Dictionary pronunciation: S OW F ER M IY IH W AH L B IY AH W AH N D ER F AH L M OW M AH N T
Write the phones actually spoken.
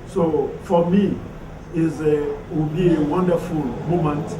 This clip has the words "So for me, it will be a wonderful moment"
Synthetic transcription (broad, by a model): S OW F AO M IY IH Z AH W B IY AH W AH N D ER F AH L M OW M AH N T